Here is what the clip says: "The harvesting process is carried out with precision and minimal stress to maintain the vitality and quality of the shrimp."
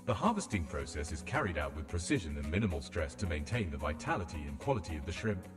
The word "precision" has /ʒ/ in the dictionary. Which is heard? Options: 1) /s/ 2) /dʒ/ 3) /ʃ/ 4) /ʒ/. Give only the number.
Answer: 4